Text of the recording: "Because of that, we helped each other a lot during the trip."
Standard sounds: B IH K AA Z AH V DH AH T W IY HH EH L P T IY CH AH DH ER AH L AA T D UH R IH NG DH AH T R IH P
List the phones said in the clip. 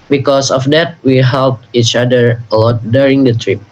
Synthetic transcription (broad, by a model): B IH K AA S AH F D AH T W IY HH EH L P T IY CH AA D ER AH L AA T D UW R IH NG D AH T R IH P